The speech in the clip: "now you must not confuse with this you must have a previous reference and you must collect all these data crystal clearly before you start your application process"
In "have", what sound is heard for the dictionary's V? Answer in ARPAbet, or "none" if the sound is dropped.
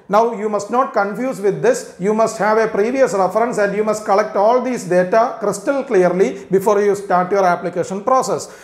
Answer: V